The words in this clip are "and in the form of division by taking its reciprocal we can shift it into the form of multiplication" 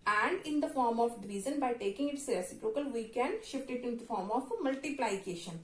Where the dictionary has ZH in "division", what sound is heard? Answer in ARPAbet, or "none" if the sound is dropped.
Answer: Z